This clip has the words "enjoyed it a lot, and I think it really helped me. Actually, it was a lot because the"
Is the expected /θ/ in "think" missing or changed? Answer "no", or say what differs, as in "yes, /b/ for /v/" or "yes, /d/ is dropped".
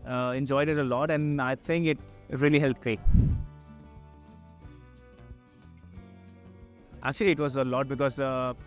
yes, /t/ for /θ/